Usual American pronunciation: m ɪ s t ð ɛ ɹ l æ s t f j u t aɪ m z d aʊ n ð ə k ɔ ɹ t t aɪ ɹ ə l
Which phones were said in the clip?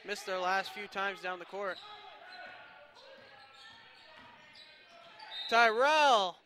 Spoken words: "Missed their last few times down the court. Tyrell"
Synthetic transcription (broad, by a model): m ɪ s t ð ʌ ɹ l æ s t f j u t aɪ m z d aʊ n ð ə k ɔ ɹ t t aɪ ɹ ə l